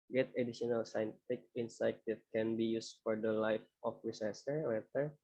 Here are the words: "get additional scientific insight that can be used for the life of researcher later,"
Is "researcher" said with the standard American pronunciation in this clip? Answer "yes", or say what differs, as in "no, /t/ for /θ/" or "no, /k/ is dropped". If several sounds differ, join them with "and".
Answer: no, /s/ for /tʃ/